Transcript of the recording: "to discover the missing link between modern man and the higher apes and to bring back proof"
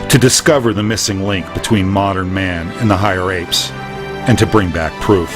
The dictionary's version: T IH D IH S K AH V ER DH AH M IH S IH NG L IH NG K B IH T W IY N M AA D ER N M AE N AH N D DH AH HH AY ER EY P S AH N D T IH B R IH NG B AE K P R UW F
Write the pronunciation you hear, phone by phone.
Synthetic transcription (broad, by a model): T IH D IH S K AH V ER DH AH M IH S IH NG L IH NG K B IH T W IY N M AA D ER N M AE N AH N DH AH HH AY ER EY P S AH N T IH B R IH NG B AE K P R UW F